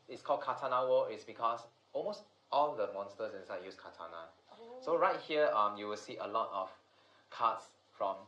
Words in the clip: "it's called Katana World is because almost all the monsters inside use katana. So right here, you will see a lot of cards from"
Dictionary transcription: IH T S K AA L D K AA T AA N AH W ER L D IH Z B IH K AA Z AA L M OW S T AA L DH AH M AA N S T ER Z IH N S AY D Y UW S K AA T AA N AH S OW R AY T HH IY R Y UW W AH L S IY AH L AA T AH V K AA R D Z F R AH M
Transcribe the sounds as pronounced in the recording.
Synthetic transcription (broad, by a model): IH T S K AA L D K AA T AA N AH W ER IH S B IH K AA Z AA L M OW S T AA L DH AH M AA N S T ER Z IH N S AY D Y UW S K AA T AA N AH S OW R AY T HH IY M Y UW W AH L S IY AH L AA T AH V K AA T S F R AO M